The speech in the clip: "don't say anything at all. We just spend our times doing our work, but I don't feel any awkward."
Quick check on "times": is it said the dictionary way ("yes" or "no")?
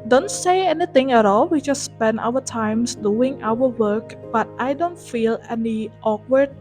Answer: no